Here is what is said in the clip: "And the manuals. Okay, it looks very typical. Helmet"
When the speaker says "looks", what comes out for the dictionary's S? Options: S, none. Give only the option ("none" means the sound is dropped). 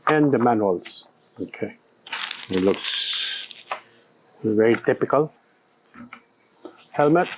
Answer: S